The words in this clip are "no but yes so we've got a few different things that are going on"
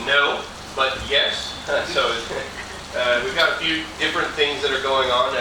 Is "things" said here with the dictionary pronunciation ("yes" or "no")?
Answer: yes